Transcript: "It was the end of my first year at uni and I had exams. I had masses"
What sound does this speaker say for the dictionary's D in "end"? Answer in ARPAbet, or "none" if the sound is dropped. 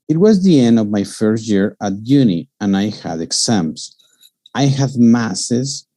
D